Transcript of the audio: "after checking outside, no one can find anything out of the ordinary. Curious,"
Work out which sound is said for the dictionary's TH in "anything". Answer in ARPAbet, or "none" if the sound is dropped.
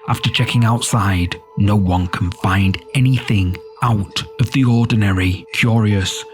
TH